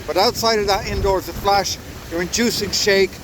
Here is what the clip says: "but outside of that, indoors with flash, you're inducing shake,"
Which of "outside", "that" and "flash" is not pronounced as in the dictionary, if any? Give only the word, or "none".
none